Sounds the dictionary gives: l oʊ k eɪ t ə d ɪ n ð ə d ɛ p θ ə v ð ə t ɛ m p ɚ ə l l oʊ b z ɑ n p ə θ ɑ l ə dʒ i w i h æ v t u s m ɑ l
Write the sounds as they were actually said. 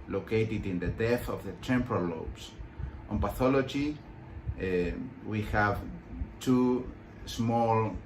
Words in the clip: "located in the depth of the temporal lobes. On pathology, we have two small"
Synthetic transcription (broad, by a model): l oʊ k eɪ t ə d ɪ n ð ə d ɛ θ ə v ð ə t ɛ m p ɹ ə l l oʊ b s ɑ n p ə θ ɑ l ə dʒ i w i h æ v t u s m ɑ l